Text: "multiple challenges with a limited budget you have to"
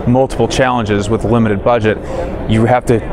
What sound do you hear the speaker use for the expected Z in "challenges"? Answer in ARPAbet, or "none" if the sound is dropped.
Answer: Z